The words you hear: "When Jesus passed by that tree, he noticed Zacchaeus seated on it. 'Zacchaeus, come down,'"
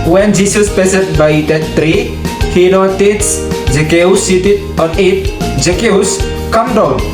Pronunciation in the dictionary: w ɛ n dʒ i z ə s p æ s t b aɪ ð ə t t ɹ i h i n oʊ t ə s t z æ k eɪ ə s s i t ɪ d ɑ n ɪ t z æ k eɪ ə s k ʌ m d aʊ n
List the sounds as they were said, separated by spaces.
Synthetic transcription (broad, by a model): w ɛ n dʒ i s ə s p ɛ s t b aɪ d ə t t ɹ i h i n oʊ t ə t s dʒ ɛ k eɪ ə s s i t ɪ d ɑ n ɪ t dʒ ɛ k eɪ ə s k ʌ m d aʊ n